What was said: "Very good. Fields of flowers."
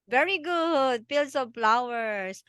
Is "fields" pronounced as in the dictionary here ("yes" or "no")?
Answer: no